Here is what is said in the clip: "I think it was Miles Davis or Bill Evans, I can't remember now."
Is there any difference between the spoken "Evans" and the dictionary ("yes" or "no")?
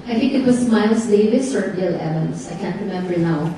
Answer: yes